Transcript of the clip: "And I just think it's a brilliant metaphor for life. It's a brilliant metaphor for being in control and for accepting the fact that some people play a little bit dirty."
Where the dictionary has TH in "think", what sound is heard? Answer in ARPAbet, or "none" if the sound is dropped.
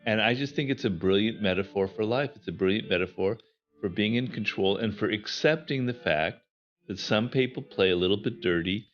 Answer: TH